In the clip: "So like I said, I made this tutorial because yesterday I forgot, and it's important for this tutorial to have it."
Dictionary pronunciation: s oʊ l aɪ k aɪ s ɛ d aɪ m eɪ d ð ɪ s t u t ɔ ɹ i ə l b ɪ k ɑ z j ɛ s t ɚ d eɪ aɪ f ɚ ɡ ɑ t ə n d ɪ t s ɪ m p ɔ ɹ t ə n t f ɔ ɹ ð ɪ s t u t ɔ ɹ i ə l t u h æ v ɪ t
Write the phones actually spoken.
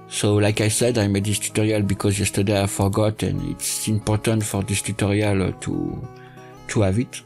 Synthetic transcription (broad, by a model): s oʊ l aɪ k aɪ s ɛ d aɪ m eɪ d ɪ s t u t ɔ ɹ i ə l b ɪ k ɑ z j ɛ s t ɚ d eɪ aɪ f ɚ ɡ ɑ t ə n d ɪ t s ɪ m p ɔ ɹ t ə n t f ɔ ɹ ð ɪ s t u t ɔ ɹ i ə l t u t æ v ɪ t